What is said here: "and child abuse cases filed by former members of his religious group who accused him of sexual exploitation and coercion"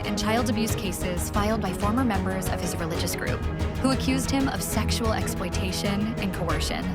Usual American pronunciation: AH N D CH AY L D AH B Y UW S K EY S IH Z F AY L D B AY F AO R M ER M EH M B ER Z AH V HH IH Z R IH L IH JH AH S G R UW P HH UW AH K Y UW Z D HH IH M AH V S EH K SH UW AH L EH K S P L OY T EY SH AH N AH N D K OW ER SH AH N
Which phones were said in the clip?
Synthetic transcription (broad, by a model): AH N CH AY L D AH B Y UW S K EY S IH Z F AY L D B AY F AO R M ER M EH M B ER Z AH V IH Z R IH L IH JH AH S G R UW P HH UW AH K Y UW Z D HH IH M AH V S EH K SH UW L EH K S P L OY T EY SH AH N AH N K OW ER SH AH N